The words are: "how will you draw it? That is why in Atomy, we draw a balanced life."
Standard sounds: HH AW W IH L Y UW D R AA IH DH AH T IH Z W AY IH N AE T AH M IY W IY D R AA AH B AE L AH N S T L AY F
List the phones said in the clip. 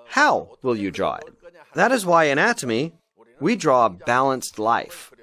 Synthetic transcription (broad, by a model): HH AW W IH L Y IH D R AA IH DH AH T IH Z W AY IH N AE T AH M IY W IY D R AA AH B AE L AH N S T L AY F